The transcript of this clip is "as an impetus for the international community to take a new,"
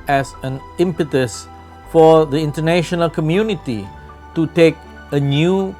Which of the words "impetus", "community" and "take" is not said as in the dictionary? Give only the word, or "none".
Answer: none